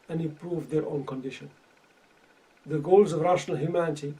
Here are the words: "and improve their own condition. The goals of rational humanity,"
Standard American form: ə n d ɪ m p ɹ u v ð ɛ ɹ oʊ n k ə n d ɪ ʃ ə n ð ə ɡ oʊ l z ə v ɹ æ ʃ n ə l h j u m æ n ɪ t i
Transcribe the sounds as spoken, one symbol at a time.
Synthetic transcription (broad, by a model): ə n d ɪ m p ɹ u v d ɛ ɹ oʊ n k ə n d ɪ ʃ ə n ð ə ɡ oʊ l z ə v ɹ æ ʃ n ə l h j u m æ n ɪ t i